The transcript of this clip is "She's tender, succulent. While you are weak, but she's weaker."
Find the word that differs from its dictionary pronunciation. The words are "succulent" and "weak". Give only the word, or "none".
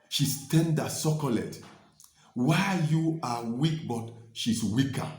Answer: succulent